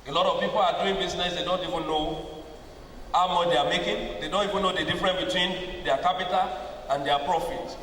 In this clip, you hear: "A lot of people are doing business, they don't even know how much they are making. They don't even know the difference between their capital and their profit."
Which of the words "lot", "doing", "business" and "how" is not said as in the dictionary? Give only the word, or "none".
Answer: business